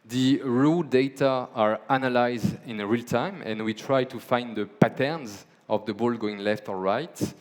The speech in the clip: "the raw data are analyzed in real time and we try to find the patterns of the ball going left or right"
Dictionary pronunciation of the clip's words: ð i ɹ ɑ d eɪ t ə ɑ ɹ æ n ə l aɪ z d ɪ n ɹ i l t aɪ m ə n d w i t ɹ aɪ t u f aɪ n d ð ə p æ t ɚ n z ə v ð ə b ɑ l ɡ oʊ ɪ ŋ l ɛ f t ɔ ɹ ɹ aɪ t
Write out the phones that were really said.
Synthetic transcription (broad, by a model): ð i ɹ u d eɪ t ə ɑ ɹ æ n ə l aɪ z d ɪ n ɹ i l t aɪ m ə n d w i t ɹ aɪ t u f aɪ n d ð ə p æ t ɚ n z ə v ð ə b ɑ l ɡ oʊ ɪ ŋ l ɛ f t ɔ l ɹ aɪ t